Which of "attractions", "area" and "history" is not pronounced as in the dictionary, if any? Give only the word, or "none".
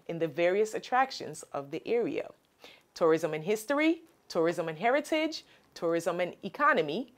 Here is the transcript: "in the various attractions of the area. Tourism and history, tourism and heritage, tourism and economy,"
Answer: none